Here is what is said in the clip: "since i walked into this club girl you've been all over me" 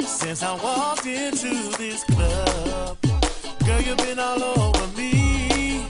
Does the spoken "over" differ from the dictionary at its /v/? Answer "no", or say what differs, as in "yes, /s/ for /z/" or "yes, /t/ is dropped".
yes, /v/ is dropped